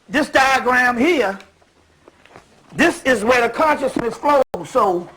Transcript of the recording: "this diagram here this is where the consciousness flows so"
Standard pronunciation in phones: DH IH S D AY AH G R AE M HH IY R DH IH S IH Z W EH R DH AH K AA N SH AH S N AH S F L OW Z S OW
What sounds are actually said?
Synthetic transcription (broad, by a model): DH IH S D AY AH G R AE M HH IY R DH IH S IH Z W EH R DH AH K AA N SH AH S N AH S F L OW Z S OW